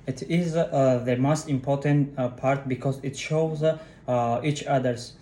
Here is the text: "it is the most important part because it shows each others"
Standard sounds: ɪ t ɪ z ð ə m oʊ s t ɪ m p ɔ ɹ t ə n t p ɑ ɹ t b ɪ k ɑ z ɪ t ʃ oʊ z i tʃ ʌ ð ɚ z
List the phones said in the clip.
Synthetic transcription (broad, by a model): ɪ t ɪ z ð ə m oʊ s t ɪ m p ɔ ɹ t ə n t p ɑ ɹ t b ɪ k ɑ z ɪ t ʃ oʊ z i tʃ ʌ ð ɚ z